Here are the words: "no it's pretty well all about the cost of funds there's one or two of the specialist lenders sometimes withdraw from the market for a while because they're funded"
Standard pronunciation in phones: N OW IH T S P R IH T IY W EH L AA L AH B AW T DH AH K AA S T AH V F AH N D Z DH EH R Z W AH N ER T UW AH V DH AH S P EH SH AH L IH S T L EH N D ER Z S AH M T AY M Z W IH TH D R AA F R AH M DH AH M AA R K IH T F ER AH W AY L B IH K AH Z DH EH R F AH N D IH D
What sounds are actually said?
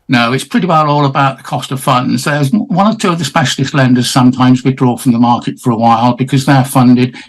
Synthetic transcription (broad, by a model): N OW IH T S P R IH T IY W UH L AA L AH B AW T DH AH K AA S T AH V F AH N D Z DH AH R Z W AH N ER T UW AH V DH AH S P EH SH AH L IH S T L EH N D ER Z S AH M T AY M Z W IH D R AA F R AH M DH AH M AA R K IH T F ER AH W AY L B IH K AH Z DH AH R F AH N D IH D